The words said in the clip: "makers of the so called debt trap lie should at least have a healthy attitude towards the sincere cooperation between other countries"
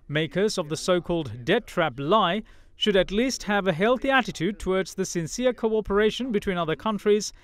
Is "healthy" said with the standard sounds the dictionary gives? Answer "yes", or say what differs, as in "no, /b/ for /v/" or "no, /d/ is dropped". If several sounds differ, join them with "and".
yes